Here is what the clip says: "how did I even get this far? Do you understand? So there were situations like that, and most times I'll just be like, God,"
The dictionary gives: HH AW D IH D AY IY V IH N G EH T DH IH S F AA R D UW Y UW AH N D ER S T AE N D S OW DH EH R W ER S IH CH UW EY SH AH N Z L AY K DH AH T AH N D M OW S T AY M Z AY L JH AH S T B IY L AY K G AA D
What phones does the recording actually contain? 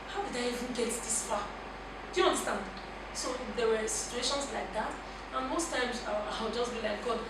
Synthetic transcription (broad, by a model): HH AW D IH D AY IY V IH N G EH T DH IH S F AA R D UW Y UW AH N D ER S T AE N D S OW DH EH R W ER S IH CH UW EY SH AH N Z L AY K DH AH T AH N M OW S T AY M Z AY W JH AH S T B IY L AY K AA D